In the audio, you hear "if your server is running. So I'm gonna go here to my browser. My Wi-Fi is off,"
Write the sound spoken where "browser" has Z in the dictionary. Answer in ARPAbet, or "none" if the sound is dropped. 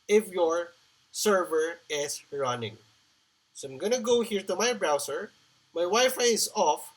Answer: S